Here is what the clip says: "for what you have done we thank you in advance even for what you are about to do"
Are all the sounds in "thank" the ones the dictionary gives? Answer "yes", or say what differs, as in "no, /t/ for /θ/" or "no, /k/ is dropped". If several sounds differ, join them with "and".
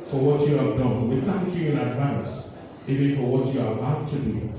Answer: yes